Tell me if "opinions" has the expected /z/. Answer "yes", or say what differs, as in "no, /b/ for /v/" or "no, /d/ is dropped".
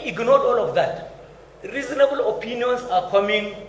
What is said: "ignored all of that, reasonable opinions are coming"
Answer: no, /s/ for /z/